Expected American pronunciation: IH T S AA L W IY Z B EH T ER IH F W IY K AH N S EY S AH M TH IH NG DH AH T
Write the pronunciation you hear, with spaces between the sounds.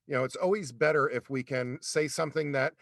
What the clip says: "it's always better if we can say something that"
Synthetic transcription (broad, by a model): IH T S AA L W IY Z B EH T ER IH F W IY K AH N S EY S AH M TH IH NG DH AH T